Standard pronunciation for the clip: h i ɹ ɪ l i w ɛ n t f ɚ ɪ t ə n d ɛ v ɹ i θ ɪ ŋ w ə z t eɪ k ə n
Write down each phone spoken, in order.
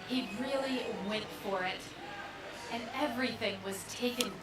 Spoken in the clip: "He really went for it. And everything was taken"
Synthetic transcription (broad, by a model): h i ɹ ɪ l i w ɛ n t f ɚ ɪ t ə n ɛ v ɹ i θ ɪ ŋ w ə z t eɪ k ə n